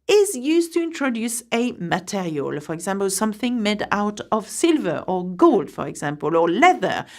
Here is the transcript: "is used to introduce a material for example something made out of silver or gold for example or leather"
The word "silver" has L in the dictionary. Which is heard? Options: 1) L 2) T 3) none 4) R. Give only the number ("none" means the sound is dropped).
1